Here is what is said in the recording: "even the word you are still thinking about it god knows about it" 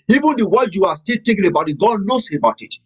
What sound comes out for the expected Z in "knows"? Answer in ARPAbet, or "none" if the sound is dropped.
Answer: S